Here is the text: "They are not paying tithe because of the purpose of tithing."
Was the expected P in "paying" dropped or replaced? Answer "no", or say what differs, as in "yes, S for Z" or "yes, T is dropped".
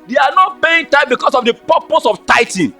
yes, B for P